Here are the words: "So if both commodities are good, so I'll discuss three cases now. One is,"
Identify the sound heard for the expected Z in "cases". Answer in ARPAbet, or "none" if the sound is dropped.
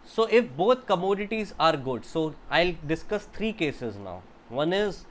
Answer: Z